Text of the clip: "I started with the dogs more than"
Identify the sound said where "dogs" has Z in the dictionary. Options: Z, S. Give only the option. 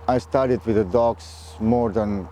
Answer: S